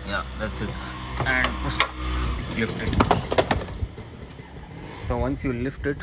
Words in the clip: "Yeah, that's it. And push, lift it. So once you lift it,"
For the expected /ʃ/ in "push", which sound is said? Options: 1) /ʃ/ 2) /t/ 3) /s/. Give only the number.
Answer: 3